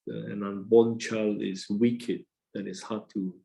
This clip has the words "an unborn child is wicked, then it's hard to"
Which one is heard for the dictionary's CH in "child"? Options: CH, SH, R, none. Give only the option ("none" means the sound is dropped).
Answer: CH